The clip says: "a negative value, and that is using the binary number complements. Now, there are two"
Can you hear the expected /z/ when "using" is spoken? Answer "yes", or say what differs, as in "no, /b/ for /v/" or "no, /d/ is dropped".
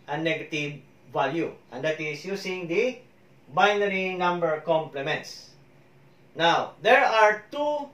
no, /s/ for /z/